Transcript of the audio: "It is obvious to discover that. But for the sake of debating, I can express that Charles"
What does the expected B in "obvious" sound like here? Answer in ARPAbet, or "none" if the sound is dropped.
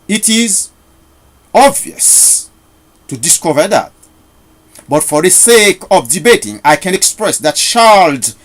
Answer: B